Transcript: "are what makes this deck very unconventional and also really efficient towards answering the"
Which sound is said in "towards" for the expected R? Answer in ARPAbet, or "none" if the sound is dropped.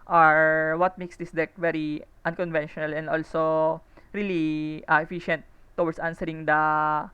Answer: W